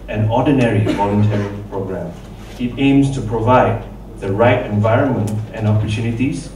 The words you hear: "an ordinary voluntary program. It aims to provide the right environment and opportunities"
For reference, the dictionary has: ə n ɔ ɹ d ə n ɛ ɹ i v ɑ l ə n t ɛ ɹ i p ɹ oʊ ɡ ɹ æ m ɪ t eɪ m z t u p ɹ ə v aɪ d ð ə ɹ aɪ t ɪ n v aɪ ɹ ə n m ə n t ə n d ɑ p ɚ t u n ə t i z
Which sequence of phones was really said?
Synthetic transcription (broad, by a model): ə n ɔ d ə n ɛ ɹ i v ɑ l ə n t ɛ ɹ i p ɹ oʊ ɡ ɹ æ m ɪ t eɪ m s t u p ɹ ə v aɪ d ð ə ɹ aɪ t ɪ n v aɪ ɹ ə n m ə n t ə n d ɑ p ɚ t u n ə t i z